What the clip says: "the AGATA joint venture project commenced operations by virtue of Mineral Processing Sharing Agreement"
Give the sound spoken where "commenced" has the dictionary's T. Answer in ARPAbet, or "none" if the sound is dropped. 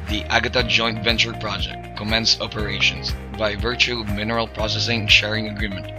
none